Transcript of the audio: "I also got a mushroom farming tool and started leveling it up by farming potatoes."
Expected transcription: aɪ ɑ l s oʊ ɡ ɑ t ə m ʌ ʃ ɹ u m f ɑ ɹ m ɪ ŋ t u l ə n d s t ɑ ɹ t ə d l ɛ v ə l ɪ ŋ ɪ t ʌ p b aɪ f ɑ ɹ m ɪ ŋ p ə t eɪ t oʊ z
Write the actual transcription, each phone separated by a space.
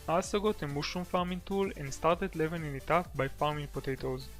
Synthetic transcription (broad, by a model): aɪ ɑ s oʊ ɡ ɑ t ə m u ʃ u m f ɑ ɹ m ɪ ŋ t u l ə n d s t ɑ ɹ t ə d l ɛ v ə n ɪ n ɪ t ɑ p b aɪ f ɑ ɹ m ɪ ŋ p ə t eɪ t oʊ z